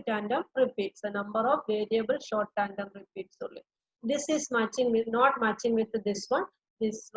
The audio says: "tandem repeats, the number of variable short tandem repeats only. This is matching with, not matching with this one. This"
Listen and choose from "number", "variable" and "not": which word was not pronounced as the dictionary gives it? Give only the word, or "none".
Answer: none